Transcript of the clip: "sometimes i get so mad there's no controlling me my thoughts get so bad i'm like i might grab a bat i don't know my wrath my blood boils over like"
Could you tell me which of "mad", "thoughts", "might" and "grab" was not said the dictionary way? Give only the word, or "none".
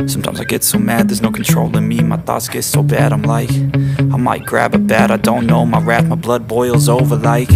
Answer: none